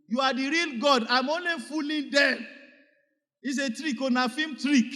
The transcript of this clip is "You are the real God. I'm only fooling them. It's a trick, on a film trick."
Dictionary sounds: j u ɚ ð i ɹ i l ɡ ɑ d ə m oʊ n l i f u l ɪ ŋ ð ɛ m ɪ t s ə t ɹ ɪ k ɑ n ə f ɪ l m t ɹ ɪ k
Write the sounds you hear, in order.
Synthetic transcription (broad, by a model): j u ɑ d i ɹ i l ɡ ɑ d ə m oʊ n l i f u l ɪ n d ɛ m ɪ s ə t ɹ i k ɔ n ə f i m t ɹ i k